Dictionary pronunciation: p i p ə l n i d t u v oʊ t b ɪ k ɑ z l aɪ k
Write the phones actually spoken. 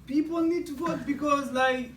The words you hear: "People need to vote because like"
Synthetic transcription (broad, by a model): p i p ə l n i d t u f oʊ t b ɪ k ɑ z l aɪ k